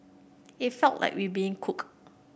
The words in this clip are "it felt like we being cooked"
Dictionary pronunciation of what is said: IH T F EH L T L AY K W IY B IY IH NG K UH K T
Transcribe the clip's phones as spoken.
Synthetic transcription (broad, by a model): IH T F EH L T L AY K W IY B IY IH NG K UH K